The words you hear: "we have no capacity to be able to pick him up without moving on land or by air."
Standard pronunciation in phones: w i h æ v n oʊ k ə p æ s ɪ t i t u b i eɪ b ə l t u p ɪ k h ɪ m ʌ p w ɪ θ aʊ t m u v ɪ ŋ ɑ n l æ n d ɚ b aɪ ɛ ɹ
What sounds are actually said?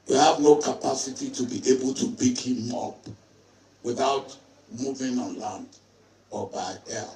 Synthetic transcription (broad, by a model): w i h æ v n oʊ k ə p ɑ s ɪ t i t u b i eɪ b ə l t u b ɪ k h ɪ m ʌ p w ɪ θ aʊ t m u v ɪ ŋ ɑ n l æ n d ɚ b aɪ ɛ